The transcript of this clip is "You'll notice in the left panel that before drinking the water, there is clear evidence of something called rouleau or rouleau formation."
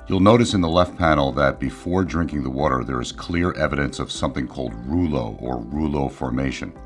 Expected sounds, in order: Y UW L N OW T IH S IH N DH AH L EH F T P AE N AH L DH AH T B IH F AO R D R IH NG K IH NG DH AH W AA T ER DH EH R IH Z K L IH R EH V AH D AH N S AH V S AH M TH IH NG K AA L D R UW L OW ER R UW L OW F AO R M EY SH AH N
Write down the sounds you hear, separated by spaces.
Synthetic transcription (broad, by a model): Y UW L N OW T IH S IH N DH AH L EH F T P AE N L DH AH T B IH F AO R D R IH NG K IH NG DH AH W AA T ER DH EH R IH Z K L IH R EH V AH D AH N S AH V S AH M TH IH NG K AA L D R UW L OW ER R UW L OW F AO R M EY SH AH N